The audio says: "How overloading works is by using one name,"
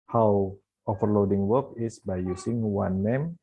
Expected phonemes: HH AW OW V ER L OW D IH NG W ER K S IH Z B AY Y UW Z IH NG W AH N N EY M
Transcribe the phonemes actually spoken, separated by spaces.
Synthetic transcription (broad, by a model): HH AW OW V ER L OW D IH NG W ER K IH S B AY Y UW S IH NG W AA N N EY M